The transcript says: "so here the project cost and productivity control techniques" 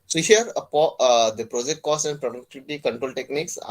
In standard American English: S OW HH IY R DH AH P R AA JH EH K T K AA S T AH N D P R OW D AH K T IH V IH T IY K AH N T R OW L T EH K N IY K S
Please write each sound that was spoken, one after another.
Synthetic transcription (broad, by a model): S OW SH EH R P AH P R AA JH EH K T K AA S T AH N D P R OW D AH K T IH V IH T IY K AH N T R OW L T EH K N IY K S